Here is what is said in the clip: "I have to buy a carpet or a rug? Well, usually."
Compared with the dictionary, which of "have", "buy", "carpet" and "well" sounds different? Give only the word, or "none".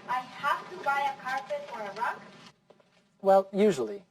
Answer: have